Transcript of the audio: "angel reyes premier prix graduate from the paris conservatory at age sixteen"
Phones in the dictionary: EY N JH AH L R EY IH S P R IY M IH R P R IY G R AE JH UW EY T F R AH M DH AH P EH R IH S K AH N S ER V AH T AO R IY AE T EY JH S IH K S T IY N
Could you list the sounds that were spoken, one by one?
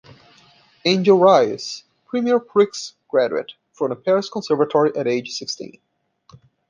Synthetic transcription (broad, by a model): EY N JH AH L R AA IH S P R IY M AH R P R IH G R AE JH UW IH T F R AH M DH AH P EH R IH S K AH N S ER V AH T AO R IY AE T EY JH S IH K S T IY N